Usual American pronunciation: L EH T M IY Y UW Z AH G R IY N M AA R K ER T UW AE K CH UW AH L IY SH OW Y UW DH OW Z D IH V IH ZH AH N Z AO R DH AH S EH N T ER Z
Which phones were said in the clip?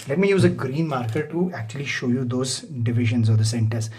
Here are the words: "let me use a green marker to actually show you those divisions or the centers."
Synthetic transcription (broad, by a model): L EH T M IY Y UW Z AH G R IY N M AA R K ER T UW AE K CH UW AH L IY SH OW Y UW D OW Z D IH V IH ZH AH N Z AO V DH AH S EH N T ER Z